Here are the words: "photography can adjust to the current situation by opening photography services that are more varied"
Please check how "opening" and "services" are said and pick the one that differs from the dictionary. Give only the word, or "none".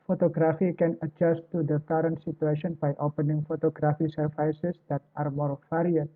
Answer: services